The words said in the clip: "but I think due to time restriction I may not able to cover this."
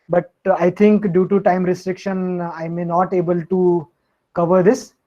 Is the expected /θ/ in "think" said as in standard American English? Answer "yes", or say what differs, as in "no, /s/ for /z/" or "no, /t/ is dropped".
no, /t/ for /θ/